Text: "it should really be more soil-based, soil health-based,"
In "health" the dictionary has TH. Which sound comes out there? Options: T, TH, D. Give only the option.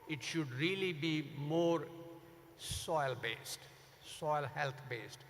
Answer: T